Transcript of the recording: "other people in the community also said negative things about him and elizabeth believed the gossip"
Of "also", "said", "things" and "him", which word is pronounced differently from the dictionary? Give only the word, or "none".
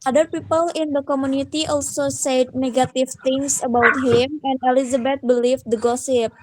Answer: things